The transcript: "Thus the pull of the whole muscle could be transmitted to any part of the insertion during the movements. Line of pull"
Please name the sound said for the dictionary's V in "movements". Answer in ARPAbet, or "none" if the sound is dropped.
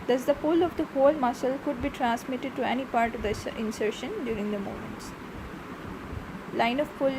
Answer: none